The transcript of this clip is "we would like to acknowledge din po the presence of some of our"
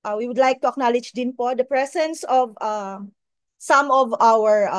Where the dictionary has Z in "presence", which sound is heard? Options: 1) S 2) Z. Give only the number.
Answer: 1